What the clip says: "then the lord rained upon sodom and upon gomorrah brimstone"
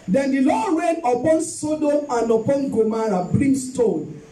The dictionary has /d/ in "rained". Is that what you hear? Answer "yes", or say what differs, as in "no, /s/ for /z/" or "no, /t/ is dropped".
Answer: no, /d/ is dropped